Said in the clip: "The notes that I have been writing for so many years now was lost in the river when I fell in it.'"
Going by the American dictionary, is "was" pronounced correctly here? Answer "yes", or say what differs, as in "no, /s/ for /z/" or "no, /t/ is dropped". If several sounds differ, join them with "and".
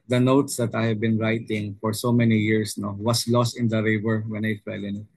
no, /s/ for /z/